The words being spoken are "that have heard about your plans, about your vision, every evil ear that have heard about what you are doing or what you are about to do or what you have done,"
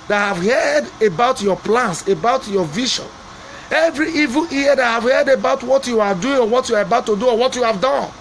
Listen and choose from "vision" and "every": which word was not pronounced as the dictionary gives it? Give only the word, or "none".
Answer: vision